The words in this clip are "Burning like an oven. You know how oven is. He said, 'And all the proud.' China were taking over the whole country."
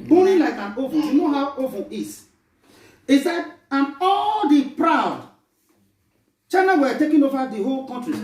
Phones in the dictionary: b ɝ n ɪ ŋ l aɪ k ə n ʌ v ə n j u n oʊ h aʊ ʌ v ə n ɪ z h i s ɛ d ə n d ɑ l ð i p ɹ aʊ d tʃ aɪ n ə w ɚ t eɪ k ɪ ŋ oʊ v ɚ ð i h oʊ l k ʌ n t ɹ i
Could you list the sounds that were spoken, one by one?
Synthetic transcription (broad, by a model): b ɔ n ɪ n l aɪ k ə n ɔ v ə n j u n oʊ h aʊ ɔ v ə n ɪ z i s ɛ d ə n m ɑ l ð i p ɹ aʊ d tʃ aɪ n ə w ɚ t eɪ k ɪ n oʊ v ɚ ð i h oʊ l k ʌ n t ɹ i